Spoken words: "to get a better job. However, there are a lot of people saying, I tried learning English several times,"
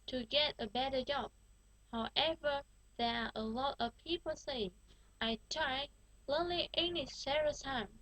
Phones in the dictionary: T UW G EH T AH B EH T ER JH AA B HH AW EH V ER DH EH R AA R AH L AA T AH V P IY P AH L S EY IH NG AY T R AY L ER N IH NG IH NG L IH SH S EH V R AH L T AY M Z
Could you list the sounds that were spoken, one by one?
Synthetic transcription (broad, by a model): T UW G EH T AH B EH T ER JH AA B HH AW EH V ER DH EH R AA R AH L AA T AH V P IY P AH L S EY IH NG AY T R AY L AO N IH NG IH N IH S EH R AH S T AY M